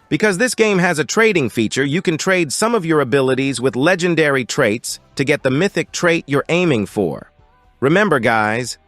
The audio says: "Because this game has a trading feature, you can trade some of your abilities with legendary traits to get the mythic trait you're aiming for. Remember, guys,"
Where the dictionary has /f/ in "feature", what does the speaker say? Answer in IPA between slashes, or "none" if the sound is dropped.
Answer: /f/